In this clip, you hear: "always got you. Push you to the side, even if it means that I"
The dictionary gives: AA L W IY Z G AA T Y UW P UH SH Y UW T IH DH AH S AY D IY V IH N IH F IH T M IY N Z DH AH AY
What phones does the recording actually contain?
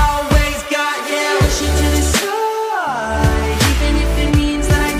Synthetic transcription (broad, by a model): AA L W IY Z G AA T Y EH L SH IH T IH DH AH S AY IY V IH N IH F IH T M IY N Z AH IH